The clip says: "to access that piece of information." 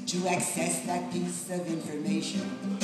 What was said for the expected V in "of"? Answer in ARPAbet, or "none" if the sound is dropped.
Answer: V